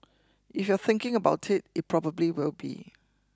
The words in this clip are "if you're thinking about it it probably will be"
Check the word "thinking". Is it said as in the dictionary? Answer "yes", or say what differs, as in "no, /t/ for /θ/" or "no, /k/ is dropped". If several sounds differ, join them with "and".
yes